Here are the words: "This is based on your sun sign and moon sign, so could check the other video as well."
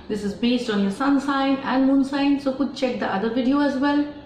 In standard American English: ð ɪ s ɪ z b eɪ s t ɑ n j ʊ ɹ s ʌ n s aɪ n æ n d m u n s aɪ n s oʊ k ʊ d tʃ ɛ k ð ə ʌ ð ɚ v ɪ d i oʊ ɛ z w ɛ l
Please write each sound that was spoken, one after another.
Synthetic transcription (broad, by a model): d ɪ s ɪ z b eɪ s t ɑ n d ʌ s ʌ n s aɪ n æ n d m u n s aɪ n s oʊ k ʊ d tʃ ɛ k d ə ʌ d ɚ v ɪ d i oʊ ɛ z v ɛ l